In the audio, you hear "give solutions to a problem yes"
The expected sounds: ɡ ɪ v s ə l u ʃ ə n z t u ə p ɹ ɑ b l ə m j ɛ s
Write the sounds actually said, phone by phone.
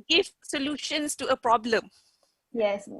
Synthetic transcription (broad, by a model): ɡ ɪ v s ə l u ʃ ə n s t u ə p ɹ ɑ b l ə m j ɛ s